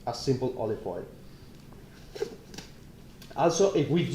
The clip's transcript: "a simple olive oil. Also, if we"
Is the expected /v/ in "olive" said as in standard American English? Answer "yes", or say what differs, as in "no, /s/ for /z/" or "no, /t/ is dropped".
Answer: no, /f/ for /v/